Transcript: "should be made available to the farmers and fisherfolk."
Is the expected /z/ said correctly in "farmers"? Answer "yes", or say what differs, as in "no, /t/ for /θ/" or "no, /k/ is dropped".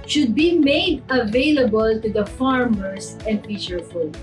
no, /s/ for /z/